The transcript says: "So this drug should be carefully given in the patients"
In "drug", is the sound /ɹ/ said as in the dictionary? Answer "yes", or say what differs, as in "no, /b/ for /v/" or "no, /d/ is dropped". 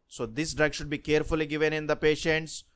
yes